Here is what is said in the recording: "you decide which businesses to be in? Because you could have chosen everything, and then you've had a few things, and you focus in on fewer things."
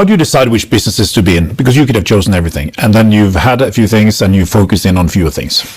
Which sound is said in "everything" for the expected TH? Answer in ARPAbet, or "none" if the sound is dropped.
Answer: TH